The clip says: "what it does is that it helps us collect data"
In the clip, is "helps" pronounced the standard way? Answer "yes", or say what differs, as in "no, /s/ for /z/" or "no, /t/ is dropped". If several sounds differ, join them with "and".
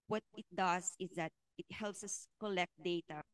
yes